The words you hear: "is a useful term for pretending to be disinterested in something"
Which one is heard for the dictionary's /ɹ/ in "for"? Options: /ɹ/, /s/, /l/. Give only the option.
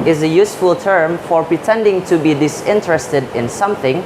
/ɹ/